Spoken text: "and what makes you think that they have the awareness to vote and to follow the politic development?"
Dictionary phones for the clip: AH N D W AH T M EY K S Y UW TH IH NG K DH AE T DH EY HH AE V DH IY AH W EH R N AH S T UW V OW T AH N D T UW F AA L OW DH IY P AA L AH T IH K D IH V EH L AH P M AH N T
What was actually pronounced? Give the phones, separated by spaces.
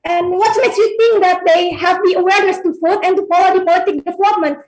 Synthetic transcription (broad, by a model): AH N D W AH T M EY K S Y UW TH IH NG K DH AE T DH EY HH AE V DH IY AH W EH R N AH S T UW F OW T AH N T UW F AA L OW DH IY P AA L AH T IH K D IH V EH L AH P M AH N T